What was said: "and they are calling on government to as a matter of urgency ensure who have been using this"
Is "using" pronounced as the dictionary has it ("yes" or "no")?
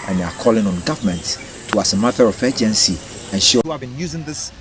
yes